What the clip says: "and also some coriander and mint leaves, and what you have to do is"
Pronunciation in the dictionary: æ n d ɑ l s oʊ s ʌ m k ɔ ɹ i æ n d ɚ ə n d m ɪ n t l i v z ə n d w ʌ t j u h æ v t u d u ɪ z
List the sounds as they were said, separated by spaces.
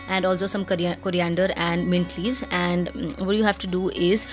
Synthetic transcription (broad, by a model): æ n d ɑ l s oʊ s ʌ m k ɔ ɹ i æ n d ɚ ə n d m ɪ n t l i v z ə n d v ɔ t j u h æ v t u d u ɪ z